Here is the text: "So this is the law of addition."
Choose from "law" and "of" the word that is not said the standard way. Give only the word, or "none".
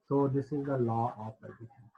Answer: of